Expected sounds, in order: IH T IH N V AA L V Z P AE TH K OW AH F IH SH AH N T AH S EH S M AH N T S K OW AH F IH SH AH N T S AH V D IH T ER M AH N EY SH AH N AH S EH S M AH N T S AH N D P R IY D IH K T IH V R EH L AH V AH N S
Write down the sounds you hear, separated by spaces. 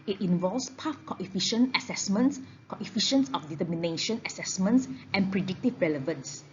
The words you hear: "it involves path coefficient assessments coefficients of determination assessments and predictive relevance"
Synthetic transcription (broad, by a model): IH T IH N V AA L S P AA F K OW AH F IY SH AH N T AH S EH S M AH N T S K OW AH F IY SH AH N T S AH F D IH T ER M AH N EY SH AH N AH S EH S M AH N T S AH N P R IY D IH K T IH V R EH L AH V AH N S